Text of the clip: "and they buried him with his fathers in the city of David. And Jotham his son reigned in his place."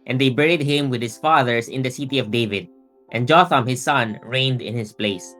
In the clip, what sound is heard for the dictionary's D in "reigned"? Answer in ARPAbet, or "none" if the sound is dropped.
D